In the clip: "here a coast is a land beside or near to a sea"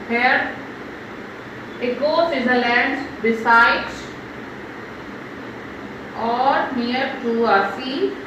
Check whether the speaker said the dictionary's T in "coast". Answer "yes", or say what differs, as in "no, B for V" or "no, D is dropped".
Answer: no, T is dropped